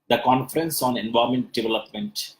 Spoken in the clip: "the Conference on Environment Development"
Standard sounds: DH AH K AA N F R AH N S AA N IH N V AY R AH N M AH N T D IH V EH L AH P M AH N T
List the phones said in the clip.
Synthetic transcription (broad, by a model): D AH K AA N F R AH N S AA N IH N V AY AH M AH N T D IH V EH L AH P M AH N T